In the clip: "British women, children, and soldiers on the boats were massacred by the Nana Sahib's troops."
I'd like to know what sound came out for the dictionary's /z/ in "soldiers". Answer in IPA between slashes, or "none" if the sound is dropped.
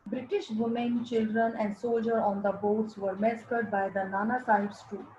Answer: none